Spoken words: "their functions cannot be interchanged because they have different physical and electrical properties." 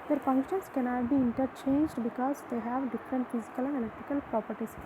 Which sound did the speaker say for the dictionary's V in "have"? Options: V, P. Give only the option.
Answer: V